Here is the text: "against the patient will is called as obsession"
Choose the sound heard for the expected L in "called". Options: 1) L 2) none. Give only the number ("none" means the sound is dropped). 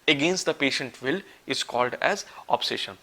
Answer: 1